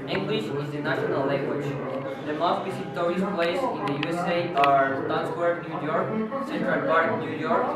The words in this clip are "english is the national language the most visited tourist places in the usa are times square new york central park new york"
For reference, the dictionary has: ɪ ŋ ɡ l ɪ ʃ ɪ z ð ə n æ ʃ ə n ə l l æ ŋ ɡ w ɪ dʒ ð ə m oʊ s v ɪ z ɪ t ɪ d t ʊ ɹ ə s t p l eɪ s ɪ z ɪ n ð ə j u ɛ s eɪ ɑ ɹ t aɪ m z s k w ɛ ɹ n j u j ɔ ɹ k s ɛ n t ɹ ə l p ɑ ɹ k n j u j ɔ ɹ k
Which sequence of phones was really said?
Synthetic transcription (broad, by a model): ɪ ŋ ɡ l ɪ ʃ ɪ z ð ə n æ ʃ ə n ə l l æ ŋ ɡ w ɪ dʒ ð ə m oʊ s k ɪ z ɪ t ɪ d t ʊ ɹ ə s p l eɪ ɪ s ɪ n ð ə j u ɛ s eɪ ɑ ɹ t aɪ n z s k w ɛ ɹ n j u j ɔ ɹ k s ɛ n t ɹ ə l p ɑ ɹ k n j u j ɔ ɹ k